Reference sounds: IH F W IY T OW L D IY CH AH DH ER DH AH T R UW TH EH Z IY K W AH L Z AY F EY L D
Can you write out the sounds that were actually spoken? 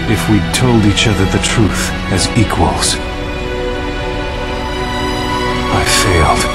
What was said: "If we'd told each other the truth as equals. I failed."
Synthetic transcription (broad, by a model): IH F W IY T OW L D IY CH AH DH ER DH AH T R UW TH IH Z IY K W AH L Z AY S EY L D